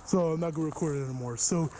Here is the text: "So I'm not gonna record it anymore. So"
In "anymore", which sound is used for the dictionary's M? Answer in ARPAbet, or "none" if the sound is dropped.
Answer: M